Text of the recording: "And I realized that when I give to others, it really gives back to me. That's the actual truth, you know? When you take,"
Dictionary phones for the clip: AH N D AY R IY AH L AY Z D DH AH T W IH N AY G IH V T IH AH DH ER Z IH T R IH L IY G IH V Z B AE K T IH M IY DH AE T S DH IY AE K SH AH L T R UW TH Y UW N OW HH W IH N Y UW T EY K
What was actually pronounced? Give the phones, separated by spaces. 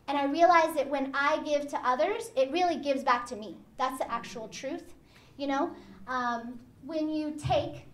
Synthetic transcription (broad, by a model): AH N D AY R IY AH L AY Z DH AH T W IH N AY G IH V T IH AH DH ER Z IH T R IH L IY G IH V Z B AE K T IH M IY DH AE T S DH IY AE K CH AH L T R UW TH Y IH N OW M W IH N Y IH T EY K